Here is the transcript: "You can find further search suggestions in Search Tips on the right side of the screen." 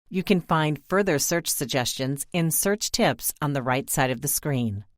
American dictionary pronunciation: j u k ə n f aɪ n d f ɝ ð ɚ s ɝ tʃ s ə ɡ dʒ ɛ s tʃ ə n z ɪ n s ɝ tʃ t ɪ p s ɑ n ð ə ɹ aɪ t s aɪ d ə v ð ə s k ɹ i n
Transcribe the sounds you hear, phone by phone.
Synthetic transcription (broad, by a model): j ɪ k ə n f aɪ n d f ɝ ð ɚ s ɝ tʃ s ə ɡ dʒ ɛ s tʃ ə n z ɪ n s ɝ tʃ t ɪ p s n ð ə ɹ aɪ t s aɪ d ə v ð ə s k ɹ i n